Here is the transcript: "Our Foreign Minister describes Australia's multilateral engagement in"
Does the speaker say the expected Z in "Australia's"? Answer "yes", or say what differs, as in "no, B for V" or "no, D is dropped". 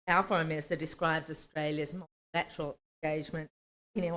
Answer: yes